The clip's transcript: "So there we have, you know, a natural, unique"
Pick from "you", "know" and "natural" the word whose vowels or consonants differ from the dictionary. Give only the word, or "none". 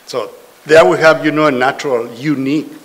none